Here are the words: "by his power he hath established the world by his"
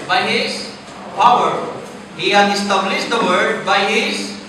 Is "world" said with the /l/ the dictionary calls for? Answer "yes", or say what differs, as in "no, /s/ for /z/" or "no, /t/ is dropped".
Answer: no, /l/ is dropped